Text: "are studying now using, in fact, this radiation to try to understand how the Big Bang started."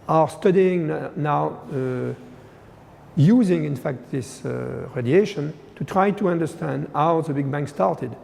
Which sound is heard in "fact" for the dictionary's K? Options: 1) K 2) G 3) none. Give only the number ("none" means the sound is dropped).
1